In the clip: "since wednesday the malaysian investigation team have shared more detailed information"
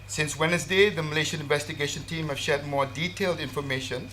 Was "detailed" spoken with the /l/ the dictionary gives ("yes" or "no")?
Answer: yes